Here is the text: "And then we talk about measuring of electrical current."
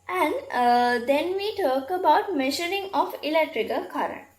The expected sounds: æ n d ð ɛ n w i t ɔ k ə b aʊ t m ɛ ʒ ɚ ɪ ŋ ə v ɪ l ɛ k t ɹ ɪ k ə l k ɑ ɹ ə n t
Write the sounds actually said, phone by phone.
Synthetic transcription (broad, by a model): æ n d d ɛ n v i t ɔ k ə b aʊ t m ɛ ʃ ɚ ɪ ŋ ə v ɪ l ɛ k t ɹ ɪ k ə l k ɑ ɹ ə n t